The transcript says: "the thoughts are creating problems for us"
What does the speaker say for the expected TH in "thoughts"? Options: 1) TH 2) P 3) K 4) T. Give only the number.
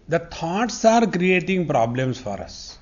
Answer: 4